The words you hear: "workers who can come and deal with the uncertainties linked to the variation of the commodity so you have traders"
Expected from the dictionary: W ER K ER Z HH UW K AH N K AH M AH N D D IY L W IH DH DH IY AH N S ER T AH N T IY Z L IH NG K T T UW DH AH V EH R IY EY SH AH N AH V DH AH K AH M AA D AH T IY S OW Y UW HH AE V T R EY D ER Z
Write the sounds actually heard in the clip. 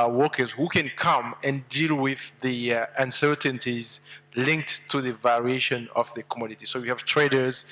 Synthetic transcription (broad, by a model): W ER K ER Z HH UW K AH N K AH M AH N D D IY L W IH DH DH IY AH N S ER T AH N T IY Z L IH NG K T T UW DH AH V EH R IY EY SH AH N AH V DH AH K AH M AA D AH T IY S OW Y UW HH AE V T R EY D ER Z